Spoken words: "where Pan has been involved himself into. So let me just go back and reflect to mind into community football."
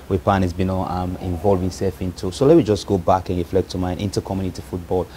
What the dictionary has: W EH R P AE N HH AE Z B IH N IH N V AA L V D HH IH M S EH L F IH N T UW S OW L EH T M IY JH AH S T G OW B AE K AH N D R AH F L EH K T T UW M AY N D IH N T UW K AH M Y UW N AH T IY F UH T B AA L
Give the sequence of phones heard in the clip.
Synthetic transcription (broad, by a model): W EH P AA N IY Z B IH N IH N V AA L V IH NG S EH L F IH N T UW S OW L EH T M IY JH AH S G OW B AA K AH N R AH F L EH K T T UW M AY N IH N T UW K AH M Y UW N AH T IY F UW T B AA L